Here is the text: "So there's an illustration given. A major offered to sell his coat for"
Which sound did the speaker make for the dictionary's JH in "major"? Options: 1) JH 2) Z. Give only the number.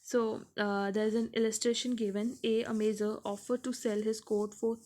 2